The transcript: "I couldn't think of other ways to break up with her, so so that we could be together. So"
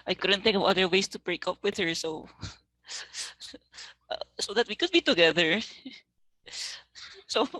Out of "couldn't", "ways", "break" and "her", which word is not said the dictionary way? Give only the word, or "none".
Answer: ways